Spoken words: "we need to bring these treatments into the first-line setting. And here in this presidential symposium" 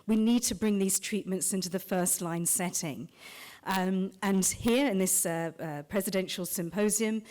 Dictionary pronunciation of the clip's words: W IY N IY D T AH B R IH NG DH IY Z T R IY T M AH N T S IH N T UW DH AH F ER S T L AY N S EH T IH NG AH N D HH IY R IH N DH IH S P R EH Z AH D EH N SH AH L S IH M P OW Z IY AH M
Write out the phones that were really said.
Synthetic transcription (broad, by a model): W IY N IY D T AH B R IH NG DH IY Z T R IY T M AH N T S IH N T UW DH AH F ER S T L AY N S EH T IH NG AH N HH IY R IH N DH IH S P R EH Z AH D EH N SH AH L S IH M P OW Z IY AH M